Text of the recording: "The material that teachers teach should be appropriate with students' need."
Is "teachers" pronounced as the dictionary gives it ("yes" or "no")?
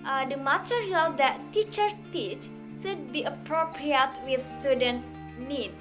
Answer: no